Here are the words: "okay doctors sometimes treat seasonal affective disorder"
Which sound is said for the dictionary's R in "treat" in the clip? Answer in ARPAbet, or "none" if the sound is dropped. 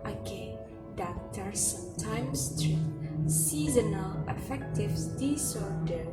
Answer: none